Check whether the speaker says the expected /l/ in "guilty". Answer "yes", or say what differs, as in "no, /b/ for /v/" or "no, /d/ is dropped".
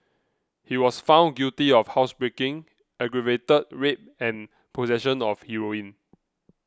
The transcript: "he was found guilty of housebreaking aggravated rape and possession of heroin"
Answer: no, /l/ is dropped